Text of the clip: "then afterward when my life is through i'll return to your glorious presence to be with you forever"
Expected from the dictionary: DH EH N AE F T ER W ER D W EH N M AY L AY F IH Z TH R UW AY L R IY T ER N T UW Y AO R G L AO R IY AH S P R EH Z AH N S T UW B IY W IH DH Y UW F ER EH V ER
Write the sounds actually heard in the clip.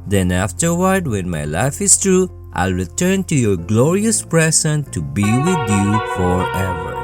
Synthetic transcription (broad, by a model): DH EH N AE F T ER W ER D W EH N M AY L AY F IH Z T R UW AY L R IY T ER N T UW Y AO R G L AO R IY AH S P R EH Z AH N T UW B IY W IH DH Y UW F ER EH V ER